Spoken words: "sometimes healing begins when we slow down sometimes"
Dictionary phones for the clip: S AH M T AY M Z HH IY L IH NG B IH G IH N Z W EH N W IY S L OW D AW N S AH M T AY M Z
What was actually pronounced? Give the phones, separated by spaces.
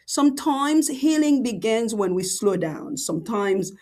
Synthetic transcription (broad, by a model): S AH M T AY M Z HH IY L IH NG B IH G IH N Z W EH N W IY S L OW D AW N S AH M T AY M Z